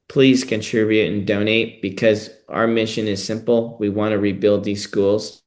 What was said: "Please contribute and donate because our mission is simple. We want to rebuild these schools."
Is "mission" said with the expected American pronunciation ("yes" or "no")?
yes